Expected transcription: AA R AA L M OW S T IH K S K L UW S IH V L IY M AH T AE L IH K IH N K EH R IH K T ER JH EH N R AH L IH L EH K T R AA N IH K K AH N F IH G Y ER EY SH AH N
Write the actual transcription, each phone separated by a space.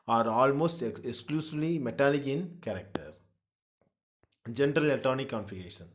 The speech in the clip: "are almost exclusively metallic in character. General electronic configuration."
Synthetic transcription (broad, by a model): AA R AA L M OW S T IH K S K L UW S IH V L IY M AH T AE L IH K IH N K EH R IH K T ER JH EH N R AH L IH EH T AA N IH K K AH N F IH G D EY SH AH N